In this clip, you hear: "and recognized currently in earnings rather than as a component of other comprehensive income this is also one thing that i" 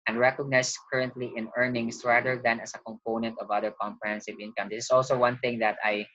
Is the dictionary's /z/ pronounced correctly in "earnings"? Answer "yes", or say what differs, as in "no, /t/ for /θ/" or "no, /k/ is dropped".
no, /s/ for /z/